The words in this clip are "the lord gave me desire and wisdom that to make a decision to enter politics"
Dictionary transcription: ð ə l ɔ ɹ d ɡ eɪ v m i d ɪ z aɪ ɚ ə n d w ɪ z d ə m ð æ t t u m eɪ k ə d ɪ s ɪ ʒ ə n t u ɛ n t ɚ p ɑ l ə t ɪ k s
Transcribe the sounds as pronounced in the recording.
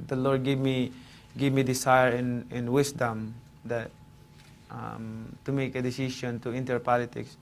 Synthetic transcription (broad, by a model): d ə l ɔ ɹ d ɡ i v m i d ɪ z aɪ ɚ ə n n w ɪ s d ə m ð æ t t u m eɪ k ə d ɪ s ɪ ʃ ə n t u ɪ n t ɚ p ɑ l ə t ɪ k s